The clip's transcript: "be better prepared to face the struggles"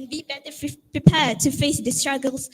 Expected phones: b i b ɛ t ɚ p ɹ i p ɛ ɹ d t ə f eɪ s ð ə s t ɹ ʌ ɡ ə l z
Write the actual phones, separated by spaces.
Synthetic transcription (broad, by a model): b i b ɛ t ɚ p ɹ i p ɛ d t ə f eɪ s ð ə s t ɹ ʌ ɡ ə l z